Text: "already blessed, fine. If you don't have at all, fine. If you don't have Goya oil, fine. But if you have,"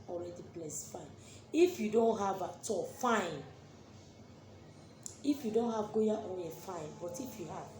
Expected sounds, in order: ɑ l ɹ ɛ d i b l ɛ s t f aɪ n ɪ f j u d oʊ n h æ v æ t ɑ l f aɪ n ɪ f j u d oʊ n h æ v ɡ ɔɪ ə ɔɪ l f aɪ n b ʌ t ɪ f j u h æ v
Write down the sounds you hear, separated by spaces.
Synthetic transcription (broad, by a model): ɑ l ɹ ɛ d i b l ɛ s f aɪ n ɪ f j u d oʊ n h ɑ v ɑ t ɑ f aɪ n ɪ f j u d oʊ n h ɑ v ɡ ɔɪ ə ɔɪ n f aɪ n b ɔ t ɪ f j u h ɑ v